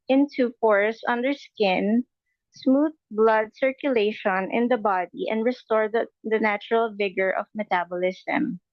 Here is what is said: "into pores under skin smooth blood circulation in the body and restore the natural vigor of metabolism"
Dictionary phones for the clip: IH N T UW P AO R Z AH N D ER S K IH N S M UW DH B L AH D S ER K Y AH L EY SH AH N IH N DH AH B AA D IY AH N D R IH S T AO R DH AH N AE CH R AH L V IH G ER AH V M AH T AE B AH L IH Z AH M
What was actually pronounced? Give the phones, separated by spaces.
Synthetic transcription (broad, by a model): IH N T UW F AO R S AH N D ER S K IH N S M UW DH B L AH D S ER K Y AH L EY SH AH N IH N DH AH B AA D IY AH N D R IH S T AO R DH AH N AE CH R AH L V IH G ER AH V M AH T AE B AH L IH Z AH M